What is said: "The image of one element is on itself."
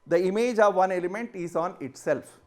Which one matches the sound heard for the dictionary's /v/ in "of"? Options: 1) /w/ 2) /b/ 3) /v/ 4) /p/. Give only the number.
3